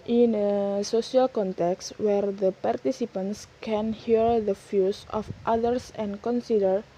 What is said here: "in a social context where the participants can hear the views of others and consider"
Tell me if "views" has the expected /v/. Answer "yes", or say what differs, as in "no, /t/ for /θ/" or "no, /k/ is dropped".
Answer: no, /f/ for /v/